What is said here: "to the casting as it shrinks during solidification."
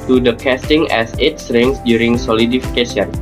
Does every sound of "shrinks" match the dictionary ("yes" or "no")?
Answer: no